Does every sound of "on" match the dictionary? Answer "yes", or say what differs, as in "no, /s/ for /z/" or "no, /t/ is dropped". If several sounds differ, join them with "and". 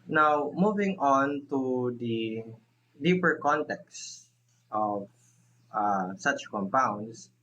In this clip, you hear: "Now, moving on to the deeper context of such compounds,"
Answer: yes